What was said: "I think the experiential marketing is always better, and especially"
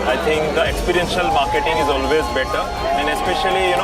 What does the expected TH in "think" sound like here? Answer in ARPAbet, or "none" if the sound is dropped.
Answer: T